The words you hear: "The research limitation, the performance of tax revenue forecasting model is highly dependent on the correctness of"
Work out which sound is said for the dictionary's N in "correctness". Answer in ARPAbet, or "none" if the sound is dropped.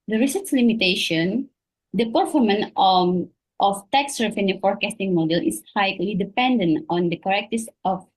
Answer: none